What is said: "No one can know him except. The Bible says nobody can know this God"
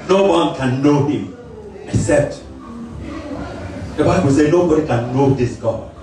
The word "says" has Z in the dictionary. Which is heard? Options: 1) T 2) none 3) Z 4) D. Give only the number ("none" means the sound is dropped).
2